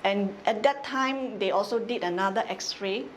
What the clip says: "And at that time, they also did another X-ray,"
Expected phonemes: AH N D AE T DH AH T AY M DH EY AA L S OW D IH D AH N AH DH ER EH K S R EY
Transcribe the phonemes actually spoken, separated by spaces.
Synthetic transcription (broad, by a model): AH N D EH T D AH T AY M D EY AA L S OW D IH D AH N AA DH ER EH K S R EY